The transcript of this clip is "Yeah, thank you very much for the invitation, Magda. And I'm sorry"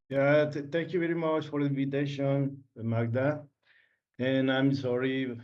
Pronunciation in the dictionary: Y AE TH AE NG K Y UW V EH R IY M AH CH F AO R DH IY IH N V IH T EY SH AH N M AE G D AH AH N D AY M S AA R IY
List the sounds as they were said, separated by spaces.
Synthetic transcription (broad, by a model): Y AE T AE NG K Y UW V EH R IY M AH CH F AO R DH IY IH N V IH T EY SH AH N M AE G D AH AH N AY M S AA R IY